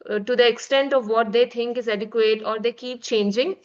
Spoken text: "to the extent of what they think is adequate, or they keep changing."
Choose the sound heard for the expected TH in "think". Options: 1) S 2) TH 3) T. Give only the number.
3